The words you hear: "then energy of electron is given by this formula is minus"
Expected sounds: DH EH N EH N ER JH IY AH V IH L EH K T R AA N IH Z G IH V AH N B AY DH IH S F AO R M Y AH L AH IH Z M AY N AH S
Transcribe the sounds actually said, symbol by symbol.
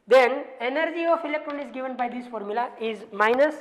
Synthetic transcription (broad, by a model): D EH N EH N ER JH IY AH F IH L EH K T R AA N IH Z G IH V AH N B AY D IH S F AO R M Y AH L AH IH Z M AY N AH S